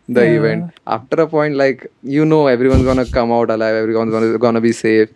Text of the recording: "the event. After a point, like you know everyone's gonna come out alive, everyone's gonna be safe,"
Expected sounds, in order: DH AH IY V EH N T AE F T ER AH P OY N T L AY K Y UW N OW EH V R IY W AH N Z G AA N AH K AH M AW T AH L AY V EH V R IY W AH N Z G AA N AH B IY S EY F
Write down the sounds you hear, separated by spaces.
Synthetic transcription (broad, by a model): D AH IY V EH N T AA F T ER AH P OY N T L AY K Y UW N OW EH V R IY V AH N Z G AA N AH K AH M AW T AH L AY V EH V R IY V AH N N G AA N AH B IY S EY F